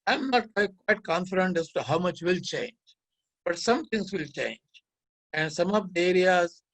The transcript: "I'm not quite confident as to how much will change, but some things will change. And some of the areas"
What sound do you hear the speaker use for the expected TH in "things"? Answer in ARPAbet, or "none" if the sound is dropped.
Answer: T